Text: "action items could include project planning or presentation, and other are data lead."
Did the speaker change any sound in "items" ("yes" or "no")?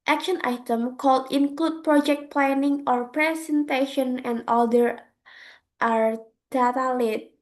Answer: yes